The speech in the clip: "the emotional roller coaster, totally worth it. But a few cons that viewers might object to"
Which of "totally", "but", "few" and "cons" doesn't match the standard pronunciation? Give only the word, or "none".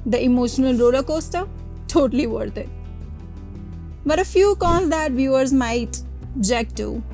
cons